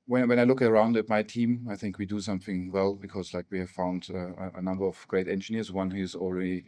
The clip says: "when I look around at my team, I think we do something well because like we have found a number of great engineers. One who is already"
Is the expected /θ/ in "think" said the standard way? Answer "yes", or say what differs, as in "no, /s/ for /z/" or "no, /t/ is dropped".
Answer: yes